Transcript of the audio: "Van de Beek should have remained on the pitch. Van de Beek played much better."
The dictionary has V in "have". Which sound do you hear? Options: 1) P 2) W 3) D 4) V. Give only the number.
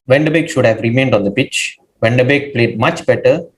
4